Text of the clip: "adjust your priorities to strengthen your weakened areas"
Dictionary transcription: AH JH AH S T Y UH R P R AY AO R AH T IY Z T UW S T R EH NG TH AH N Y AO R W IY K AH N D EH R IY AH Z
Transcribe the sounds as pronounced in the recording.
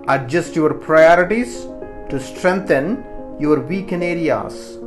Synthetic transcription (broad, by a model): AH JH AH S T Y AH R P R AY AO R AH T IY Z T UW S T R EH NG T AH N Y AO R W IY K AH N EH R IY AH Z